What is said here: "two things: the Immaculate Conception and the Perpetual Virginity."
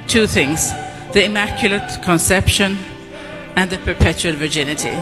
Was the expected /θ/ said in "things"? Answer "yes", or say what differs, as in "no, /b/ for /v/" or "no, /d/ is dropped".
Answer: yes